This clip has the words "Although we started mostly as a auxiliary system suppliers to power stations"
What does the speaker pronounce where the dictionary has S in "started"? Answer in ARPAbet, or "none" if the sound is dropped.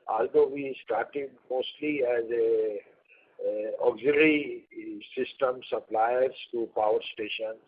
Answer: S